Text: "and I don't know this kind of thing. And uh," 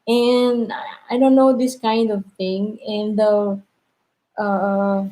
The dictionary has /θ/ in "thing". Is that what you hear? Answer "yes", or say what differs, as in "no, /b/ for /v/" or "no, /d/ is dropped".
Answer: no, /t/ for /θ/